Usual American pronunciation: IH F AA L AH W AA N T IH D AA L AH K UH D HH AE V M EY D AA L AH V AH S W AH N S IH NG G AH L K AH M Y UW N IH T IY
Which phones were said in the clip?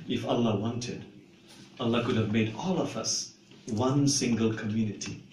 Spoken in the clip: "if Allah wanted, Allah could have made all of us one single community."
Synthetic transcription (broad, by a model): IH F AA L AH W AA N T IH D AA L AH K UH D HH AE V M EY D AA L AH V AH S W AH N S IH NG G AH L K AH M Y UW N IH T IY